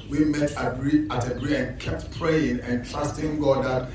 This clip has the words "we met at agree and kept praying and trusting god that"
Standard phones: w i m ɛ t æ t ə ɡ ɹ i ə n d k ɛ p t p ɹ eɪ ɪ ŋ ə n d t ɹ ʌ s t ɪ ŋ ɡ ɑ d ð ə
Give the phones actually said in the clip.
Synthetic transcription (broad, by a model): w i m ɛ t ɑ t ə ɡ ɹ i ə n k ɛ p t p ɹ eɪ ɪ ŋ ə n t l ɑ s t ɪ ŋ ɡ ɑ d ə